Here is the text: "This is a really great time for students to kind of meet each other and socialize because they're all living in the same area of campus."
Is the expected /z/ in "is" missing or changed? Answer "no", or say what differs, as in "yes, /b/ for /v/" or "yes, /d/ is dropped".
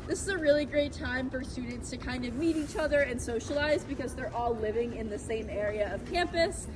no